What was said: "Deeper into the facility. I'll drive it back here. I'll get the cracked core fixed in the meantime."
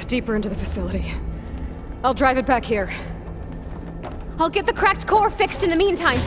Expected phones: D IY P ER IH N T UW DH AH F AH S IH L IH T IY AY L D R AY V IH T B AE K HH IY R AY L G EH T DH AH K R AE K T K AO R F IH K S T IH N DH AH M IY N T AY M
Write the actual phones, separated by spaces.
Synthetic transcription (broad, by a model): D IY P ER IH N T UW DH AH F AH S IH L IH T IY AY L D R AY V IH T B AE K HH IY R AY L G EH T DH AH K R AE K T K AO R F IH K S T IH N DH AH M IY N T AY M